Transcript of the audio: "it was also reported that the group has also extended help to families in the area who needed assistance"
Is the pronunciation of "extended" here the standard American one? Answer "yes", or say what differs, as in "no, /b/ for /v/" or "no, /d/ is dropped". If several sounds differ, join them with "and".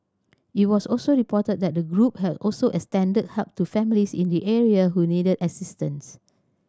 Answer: no, /k/ is dropped